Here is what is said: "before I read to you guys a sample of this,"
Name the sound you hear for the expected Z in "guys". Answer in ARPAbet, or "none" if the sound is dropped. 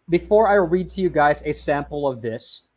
Z